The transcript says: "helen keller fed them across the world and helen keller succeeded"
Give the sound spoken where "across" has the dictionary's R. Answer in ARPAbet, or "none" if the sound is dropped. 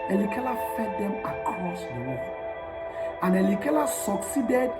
R